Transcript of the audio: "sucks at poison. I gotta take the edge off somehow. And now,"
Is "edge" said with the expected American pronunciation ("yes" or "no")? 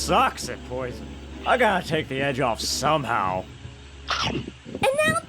yes